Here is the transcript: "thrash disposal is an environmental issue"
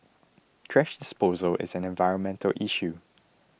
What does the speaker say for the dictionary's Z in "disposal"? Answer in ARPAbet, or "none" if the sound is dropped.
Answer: Z